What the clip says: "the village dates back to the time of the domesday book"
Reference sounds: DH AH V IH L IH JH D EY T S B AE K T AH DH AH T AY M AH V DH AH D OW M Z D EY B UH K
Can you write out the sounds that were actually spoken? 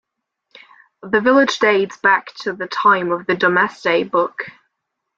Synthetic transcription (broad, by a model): DH AH V IH L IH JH D EY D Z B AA K T AH DH AH T AY M AH V DH AH D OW M S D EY B UH K